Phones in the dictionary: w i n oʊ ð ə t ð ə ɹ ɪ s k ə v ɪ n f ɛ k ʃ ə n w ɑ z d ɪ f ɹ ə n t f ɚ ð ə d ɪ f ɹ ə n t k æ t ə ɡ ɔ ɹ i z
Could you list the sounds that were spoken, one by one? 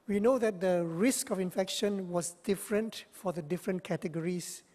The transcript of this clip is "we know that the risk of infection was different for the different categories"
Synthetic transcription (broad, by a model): w i n oʊ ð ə t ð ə ɹ ɪ s k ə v ɪ n f ɛ k ʃ ə n w ɑ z d ɪ f ɹ ə n t f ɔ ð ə d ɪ f ɹ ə n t k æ t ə ɡ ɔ ɹ i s